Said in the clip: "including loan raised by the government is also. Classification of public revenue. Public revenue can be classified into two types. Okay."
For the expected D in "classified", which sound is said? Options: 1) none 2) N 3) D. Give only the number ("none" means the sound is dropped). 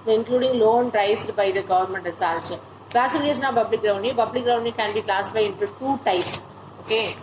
1